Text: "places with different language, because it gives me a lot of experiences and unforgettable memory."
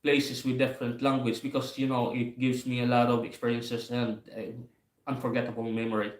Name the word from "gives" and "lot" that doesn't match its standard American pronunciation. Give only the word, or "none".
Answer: gives